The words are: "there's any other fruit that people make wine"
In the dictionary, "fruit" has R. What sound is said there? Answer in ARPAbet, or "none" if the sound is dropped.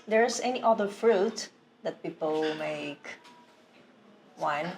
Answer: R